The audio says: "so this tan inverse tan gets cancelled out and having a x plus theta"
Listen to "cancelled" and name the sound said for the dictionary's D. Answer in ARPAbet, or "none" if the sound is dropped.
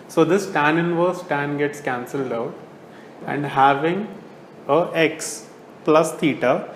D